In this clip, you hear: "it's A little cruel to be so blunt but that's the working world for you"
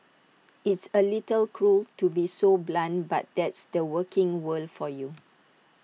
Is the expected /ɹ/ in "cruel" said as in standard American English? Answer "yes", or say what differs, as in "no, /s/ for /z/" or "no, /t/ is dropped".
yes